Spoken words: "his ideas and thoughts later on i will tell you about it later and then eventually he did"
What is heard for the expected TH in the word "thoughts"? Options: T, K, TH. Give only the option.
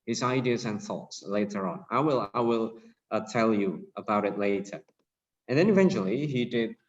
TH